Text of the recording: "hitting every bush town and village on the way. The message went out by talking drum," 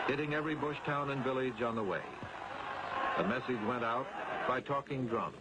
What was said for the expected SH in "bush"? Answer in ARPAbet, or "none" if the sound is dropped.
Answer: SH